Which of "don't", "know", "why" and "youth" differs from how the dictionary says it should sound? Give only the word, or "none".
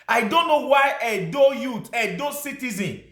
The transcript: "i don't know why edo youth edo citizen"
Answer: youth